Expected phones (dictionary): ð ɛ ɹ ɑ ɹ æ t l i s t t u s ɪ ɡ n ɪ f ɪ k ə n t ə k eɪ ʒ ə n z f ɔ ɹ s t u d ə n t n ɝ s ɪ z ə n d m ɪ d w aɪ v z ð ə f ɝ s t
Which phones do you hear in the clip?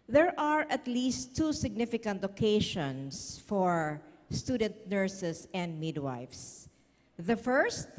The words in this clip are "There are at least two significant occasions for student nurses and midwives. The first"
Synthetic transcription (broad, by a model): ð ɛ ɹ ɑ ɹ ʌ t l i s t t u s ɪ ɡ n ɪ f ɪ k ə n t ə k eɪ ʃ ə n s f ɔ ɹ s t u d ə n t n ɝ s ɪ s ə n d m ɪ d w aɪ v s ð ə f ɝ s t